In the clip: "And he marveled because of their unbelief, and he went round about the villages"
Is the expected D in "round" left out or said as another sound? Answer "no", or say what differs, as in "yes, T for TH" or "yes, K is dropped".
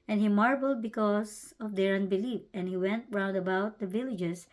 no